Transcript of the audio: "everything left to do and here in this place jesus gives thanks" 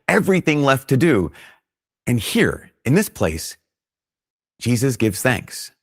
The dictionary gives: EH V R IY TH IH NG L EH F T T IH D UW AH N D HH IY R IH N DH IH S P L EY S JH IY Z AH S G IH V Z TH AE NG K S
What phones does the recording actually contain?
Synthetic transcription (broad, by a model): EH V R IY TH IH NG L EH F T T IH D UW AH N HH IY R IH N DH IH S P L EY S JH IY Z AH S G IH V Z TH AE NG K S